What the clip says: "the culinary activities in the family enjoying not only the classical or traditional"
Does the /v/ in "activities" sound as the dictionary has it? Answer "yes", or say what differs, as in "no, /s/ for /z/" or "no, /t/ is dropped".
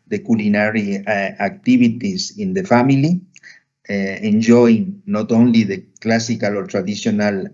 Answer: no, /b/ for /v/